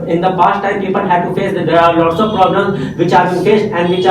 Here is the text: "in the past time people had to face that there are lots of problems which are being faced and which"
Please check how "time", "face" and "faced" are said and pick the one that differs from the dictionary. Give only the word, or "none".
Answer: faced